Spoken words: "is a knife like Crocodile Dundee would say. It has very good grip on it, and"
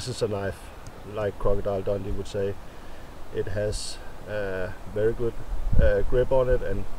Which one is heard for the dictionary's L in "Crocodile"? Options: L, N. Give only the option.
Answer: L